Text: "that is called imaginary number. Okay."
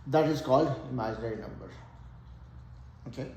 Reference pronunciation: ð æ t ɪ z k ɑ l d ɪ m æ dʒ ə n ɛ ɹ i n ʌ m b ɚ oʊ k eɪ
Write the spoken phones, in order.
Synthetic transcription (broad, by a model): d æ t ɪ s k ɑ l ɪ m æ ə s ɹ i n ʌ m b ɚ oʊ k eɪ